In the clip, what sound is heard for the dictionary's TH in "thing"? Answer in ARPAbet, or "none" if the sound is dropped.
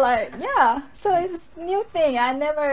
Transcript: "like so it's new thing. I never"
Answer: TH